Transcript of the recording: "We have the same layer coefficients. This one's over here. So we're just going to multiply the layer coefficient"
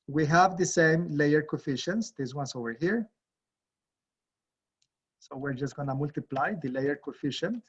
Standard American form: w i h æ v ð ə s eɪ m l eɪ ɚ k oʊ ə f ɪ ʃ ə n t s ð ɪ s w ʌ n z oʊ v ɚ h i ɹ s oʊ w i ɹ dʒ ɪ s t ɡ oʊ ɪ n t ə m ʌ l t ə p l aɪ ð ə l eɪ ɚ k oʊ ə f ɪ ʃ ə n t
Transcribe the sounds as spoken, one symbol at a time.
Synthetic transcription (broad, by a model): w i h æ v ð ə s eɪ m l eɪ ɚ k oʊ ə f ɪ ʃ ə n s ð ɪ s w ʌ n s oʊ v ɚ h i ɹ s oʊ w i ɹ dʒ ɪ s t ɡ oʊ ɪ n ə m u l t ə p l aɪ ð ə l eɪ ɚ k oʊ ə f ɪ ʃ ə n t